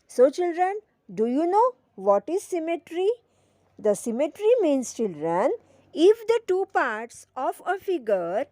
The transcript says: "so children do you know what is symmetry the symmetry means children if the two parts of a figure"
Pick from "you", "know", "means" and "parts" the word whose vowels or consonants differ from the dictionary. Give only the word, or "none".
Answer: means